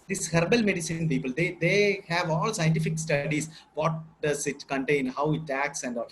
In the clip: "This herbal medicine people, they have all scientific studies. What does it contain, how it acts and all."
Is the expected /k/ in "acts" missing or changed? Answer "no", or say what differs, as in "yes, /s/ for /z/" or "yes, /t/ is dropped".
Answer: no